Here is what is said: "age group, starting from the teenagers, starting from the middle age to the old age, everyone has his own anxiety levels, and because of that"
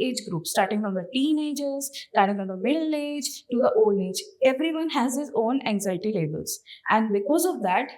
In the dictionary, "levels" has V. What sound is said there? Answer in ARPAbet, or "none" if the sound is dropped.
B